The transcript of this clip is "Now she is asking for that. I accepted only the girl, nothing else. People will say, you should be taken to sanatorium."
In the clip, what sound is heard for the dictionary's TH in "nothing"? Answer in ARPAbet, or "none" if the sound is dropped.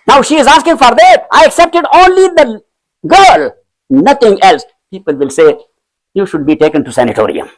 T